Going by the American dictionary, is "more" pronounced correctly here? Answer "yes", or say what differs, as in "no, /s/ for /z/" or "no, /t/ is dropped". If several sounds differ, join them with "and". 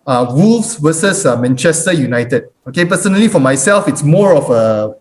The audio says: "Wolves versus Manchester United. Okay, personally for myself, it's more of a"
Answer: yes